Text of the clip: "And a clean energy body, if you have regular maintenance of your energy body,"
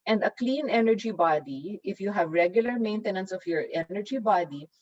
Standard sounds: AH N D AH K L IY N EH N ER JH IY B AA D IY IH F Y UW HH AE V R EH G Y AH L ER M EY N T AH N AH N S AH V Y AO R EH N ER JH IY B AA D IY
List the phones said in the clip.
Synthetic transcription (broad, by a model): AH N D AH K L IY N EH N ER JH IY B AA D IY IH F Y UW HH AE V R EH G Y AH L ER M EY N T AH N AH N S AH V Y AO R EH N ER JH IY B AA D IY